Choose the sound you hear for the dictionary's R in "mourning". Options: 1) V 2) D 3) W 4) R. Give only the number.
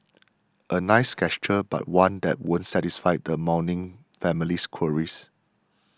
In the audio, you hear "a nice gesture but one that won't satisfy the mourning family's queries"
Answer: 3